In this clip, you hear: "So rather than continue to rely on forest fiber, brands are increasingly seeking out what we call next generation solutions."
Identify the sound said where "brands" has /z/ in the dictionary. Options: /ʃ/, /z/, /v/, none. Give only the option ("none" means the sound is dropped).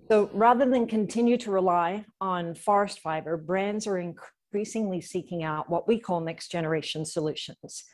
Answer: /z/